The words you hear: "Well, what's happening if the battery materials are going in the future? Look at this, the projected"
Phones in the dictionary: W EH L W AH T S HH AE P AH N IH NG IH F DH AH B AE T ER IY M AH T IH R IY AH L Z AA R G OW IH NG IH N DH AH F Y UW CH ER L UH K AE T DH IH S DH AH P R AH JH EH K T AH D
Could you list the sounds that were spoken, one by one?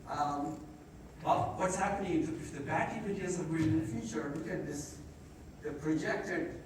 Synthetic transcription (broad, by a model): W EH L W AH T S HH AE P AH N IH NG IH F DH AH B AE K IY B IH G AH N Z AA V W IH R IH N DH AH F Y UW CH ER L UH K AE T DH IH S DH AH P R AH JH EH K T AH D